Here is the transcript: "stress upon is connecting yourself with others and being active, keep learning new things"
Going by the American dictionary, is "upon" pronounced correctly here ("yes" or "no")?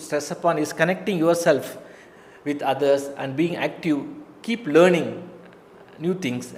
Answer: yes